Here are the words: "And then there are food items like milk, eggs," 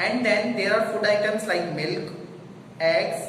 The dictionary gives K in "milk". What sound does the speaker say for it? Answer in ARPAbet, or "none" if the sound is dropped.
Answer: K